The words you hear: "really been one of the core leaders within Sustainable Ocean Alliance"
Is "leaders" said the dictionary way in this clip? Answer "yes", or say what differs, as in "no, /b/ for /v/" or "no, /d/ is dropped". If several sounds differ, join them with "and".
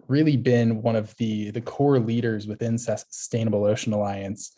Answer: yes